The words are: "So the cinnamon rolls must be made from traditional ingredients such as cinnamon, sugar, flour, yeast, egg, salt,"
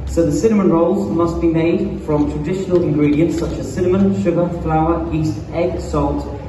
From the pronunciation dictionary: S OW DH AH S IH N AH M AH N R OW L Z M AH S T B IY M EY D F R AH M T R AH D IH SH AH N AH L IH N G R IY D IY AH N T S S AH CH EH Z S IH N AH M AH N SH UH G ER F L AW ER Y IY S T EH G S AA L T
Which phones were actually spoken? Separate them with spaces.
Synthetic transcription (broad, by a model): S OW DH AH S IH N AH M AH N R OW L Z M AH S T B IY M EY D F R AH M T R AH D IH SH AH N AH L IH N G R IY D IY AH N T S S AH CH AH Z S IH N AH M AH N SH UH G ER F L AW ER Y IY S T EH G S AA L T